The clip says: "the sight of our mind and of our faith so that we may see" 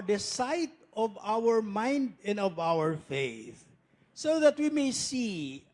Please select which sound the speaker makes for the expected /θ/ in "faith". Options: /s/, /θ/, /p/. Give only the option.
/θ/